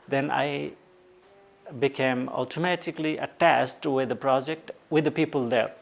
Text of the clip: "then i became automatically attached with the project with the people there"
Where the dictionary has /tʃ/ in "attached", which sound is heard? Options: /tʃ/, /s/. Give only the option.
/s/